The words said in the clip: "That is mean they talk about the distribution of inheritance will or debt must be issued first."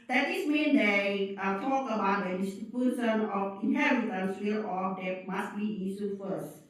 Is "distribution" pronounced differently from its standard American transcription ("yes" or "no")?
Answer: yes